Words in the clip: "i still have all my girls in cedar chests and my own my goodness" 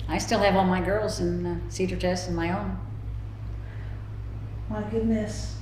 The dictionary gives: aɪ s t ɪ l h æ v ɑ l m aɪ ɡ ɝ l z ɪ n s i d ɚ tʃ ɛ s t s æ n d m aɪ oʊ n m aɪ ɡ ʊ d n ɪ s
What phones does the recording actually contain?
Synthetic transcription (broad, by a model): aɪ s t ɪ l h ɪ v ɑ l m aɪ ɡ ɝ l z ɪ n s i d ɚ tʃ ɛ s s n m aɪ oʊ n m aɪ ɡ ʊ d n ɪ s